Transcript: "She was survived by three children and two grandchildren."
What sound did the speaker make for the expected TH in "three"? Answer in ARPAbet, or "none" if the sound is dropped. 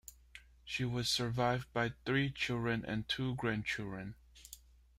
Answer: TH